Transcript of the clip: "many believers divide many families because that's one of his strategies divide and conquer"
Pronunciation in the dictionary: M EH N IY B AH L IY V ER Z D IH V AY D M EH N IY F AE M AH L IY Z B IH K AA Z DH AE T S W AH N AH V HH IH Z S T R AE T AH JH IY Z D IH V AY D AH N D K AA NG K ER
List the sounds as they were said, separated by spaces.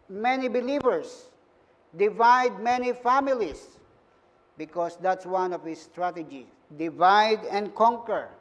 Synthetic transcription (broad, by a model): M EH N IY B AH L IY V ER S D IH V AY D M EH N IY F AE M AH L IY S B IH K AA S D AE T S W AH N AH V HH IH S T R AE T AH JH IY D IH V AY D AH N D K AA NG K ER